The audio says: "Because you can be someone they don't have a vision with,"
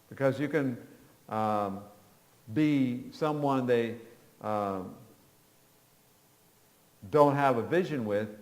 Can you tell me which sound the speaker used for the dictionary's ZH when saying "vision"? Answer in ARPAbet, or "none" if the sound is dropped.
ZH